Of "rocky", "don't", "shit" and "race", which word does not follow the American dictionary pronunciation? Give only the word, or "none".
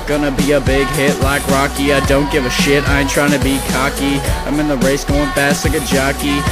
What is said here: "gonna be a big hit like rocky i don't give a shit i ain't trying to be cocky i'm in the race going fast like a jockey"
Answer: none